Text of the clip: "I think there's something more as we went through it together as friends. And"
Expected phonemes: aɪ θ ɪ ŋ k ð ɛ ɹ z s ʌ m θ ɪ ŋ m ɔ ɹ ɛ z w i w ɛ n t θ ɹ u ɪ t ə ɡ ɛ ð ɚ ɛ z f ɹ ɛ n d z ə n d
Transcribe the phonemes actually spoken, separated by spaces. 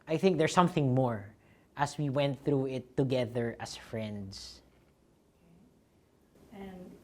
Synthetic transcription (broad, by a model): aɪ θ ɪ ŋ k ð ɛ ɹ s ʌ m θ ɪ ŋ m ɔ ɹ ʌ s w i w ɛ n t θ ɹ u ɪ t ə ɡ ɛ ð ɚ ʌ s f ɹ ɛ n d s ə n